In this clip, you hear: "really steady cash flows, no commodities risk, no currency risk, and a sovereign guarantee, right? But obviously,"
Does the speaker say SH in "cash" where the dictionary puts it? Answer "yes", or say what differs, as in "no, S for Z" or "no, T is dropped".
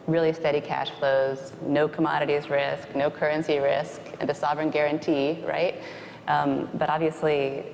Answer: yes